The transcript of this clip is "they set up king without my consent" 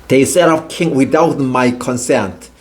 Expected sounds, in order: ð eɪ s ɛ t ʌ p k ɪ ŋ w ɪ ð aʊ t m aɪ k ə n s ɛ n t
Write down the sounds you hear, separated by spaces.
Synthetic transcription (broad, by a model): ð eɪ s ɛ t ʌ f k ɪ ŋ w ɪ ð aʊ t m aɪ k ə n s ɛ n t